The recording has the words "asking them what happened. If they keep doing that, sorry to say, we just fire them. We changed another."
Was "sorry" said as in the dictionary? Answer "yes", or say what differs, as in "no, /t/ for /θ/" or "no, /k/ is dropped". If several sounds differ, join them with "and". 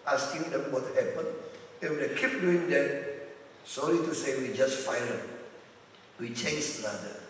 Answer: no, /l/ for /ɹ/